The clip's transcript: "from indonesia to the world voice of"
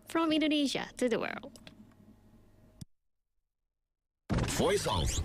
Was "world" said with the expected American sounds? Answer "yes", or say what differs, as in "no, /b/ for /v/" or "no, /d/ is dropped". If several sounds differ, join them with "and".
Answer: yes